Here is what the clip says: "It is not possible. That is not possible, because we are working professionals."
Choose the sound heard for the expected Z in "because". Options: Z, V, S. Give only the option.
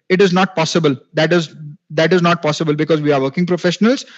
Z